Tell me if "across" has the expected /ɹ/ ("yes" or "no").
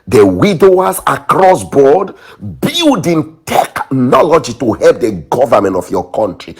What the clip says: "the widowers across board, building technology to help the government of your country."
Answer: yes